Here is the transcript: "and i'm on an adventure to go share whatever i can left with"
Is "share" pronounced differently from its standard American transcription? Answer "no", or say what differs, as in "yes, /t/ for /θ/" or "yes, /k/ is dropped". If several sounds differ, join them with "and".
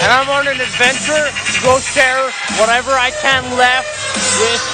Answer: yes, /s/ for /ʃ/